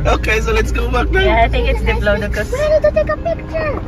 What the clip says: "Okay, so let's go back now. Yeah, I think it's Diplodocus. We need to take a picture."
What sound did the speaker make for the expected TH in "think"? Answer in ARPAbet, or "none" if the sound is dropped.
T